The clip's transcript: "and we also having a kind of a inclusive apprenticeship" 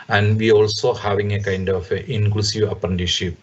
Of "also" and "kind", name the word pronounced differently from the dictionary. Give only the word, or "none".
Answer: none